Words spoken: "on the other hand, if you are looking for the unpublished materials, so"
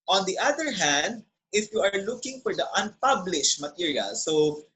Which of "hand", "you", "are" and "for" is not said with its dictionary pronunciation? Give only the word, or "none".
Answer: none